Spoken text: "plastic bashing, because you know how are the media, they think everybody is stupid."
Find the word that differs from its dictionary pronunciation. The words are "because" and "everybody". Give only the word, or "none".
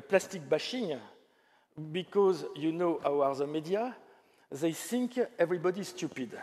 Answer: none